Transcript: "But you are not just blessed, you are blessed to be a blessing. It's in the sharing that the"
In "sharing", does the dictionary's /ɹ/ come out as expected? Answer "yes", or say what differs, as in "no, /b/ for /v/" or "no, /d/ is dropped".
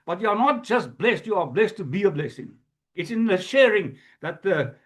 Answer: yes